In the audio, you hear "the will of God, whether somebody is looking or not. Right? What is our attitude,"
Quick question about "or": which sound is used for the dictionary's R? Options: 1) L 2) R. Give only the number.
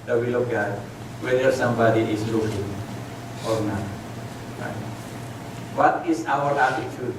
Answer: 2